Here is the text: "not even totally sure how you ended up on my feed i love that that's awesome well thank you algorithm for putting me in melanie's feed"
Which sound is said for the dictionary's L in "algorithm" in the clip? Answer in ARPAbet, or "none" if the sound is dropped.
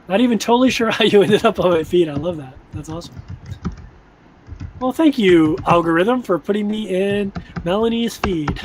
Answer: L